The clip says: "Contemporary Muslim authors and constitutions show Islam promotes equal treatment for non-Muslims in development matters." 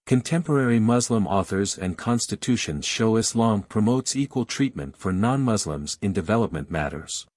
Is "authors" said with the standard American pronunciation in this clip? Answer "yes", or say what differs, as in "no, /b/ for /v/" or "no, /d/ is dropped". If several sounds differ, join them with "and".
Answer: yes